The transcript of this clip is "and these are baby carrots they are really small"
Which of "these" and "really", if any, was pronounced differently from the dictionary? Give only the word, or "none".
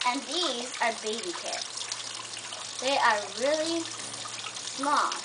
none